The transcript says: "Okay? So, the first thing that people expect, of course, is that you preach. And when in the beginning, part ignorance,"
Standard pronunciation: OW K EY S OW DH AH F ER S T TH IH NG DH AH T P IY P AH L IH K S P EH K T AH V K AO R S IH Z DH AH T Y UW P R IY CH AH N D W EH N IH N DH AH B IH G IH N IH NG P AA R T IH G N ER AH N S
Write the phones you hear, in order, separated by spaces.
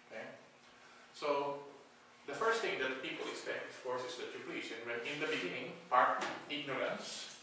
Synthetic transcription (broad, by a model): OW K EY S OW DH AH F ER S T TH IH NG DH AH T P IY P AH L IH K S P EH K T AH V K AO R S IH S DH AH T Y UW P L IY S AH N W EH N IH N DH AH B IH G IH N IH NG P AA R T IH G N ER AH N S